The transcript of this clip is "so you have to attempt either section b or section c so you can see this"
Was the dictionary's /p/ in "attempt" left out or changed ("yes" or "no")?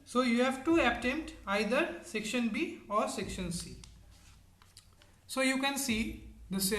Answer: yes